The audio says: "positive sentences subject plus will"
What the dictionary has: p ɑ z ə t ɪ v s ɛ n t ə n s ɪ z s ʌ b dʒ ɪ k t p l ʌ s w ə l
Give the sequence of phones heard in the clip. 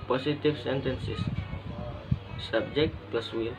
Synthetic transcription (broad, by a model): p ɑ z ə t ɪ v s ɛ n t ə n s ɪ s s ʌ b dʒ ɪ k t p l ʌ s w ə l